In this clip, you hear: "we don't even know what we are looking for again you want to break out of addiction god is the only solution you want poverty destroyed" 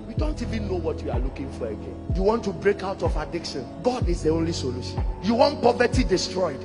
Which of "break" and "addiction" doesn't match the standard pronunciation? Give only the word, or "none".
none